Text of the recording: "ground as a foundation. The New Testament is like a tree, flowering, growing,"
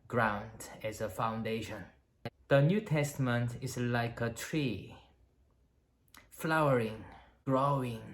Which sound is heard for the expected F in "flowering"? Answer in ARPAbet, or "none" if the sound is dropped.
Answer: F